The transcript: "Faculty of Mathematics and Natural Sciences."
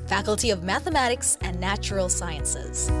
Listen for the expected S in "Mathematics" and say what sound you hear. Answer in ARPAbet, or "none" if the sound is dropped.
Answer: S